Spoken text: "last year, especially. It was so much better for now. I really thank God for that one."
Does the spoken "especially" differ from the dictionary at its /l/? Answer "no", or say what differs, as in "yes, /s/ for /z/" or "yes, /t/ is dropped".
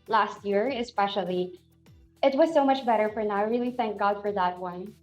no